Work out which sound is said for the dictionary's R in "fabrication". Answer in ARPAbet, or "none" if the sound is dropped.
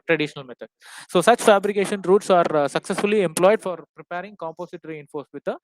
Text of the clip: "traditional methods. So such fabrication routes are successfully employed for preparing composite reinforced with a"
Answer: R